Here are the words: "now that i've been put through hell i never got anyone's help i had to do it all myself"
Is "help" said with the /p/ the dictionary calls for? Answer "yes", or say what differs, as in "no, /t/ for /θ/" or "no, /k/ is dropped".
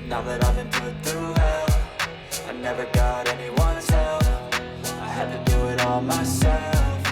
no, /f/ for /p/